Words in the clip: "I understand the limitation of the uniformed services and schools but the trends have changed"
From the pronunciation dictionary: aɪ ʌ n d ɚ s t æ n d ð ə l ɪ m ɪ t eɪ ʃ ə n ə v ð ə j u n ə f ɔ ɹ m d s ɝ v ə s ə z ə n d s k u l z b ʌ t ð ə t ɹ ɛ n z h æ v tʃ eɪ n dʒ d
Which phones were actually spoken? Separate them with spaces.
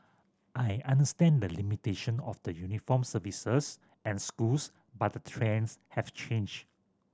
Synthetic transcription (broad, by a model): aɪ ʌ n d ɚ s t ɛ n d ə l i m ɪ t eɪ ʃ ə n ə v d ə j u n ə f ɔ m s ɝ v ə s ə s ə n s k u l s b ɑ t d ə t ɹ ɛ n s h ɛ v tʃ eɪ n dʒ